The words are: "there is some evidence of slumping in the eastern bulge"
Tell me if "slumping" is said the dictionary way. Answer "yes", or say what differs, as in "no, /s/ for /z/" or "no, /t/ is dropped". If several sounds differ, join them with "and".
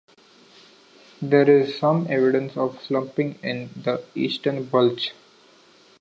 yes